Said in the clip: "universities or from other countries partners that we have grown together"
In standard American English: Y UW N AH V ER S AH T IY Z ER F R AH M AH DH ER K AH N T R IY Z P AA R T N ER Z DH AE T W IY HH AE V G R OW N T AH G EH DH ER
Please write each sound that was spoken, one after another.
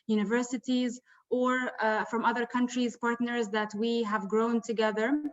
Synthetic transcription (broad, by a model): Y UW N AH V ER S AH T IY Z ER F R AH M AH DH ER K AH N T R IY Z P AA R T N ER Z DH AE T W IY HH AE V G R OW N T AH G EH DH ER